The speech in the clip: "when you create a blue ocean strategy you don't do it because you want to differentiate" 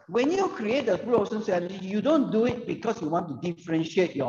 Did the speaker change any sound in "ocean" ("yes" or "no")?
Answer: yes